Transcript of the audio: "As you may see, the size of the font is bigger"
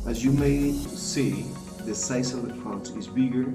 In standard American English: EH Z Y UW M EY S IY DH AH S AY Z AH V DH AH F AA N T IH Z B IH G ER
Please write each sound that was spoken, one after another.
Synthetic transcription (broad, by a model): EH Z Y UW M EY S IY DH AH S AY S AH V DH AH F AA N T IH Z B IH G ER